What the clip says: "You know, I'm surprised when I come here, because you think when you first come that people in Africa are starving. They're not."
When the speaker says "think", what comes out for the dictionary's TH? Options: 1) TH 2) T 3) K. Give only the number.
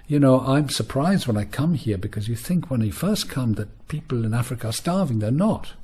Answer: 1